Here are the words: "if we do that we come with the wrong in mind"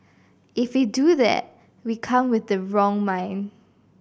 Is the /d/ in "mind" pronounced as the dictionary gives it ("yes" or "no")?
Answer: no